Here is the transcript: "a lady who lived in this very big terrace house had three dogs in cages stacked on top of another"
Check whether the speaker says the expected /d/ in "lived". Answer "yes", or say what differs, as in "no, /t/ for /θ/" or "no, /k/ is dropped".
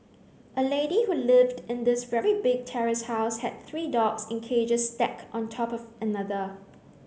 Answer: yes